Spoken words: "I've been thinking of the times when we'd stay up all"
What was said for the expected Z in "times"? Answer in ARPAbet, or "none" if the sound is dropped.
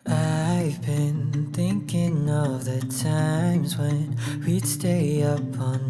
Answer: Z